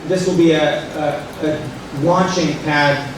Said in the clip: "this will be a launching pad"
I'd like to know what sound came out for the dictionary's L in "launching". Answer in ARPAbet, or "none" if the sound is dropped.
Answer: W